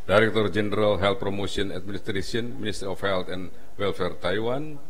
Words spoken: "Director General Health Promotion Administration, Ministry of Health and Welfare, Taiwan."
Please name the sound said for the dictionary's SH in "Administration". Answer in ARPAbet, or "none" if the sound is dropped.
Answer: S